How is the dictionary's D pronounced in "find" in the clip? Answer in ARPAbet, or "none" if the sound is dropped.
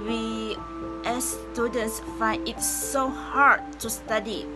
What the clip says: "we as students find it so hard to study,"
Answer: none